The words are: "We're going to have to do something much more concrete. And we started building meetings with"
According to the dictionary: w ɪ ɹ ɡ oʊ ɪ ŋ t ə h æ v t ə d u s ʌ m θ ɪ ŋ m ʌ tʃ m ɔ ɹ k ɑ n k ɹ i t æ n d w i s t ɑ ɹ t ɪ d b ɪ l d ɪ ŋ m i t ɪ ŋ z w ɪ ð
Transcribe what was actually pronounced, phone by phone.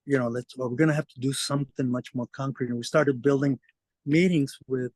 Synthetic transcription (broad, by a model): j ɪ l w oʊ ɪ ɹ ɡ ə h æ f t ə d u s ʌ m θ ɪ ŋ m ʌ tʃ m ɔ ɹ k ɑ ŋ k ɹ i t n w i s t ɑ ɹ t ɪ d b ɪ l d ɪ ŋ m i t ɪ ŋ z w ɪ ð